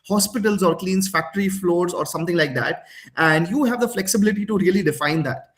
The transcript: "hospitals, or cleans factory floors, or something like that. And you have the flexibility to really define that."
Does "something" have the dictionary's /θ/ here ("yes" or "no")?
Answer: no